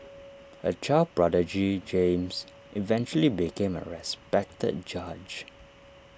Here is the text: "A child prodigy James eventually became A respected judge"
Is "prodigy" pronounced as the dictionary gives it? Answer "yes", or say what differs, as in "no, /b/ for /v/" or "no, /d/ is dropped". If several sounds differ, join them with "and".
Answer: yes